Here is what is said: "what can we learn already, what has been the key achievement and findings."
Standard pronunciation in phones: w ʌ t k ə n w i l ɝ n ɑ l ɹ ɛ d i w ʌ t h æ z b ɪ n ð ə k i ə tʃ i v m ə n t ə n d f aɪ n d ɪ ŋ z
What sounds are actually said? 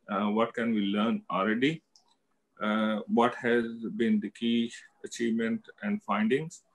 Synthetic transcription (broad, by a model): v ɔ t k ə n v i l ɝ n ɑ l ɹ ɛ d i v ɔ t h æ z b ɪ n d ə k i ə tʃ i v m ə n t ə n d f aɪ n d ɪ ŋ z